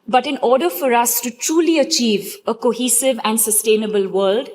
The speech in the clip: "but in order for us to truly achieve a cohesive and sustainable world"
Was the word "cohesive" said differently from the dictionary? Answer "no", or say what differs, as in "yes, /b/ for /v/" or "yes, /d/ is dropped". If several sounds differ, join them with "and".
no